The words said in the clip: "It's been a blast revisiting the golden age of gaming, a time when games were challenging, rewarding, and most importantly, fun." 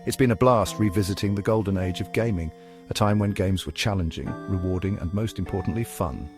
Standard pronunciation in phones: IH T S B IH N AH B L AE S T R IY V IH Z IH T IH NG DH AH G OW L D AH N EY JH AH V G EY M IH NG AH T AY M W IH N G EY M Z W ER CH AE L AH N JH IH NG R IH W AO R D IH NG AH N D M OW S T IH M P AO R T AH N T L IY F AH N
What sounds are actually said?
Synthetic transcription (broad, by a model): IH T S B IH N AH B L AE S T R IY V IH Z IH T IH NG DH AH G OW L D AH N EY JH AH V G EY M IH NG AH T AY M W IH N G EY M Z W ER CH AE L AH N JH IH NG R IH W AO R D IH NG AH N M OW S T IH M P AO R T N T L IY F AH N